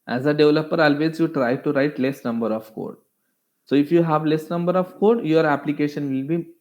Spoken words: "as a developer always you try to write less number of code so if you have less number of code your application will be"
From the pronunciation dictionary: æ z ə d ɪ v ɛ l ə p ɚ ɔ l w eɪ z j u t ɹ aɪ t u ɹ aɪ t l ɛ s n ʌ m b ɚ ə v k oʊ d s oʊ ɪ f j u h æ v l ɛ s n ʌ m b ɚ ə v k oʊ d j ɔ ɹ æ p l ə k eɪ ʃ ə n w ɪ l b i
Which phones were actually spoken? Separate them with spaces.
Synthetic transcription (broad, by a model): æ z ə d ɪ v l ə p ɚ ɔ l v eɪ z j u t ɹ aɪ t u ɹ aɪ t l ɛ s n ʌ m b ɚ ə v k oʊ d s oʊ ɪ f j u h æ v l ɛ s n ʌ m b ɚ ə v k oʊ d j ɔ ɹ æ p l ə k eɪ ʃ ə n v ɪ l b i